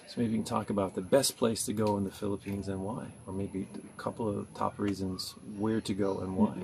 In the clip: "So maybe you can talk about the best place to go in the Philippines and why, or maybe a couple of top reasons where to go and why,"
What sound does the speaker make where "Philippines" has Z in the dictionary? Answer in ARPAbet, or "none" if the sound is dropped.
Z